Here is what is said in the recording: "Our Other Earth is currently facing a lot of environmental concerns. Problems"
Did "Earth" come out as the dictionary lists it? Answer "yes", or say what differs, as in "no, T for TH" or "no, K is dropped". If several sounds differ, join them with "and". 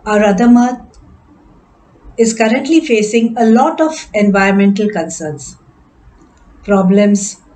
no, T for TH